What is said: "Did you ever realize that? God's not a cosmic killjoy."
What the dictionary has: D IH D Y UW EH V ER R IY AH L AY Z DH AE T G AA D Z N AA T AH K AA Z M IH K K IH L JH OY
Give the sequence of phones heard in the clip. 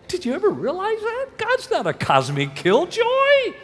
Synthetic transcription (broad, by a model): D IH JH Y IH EH V ER R IY AH L AY Z DH AE T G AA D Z N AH T AH K AA Z M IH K K IH L JH OY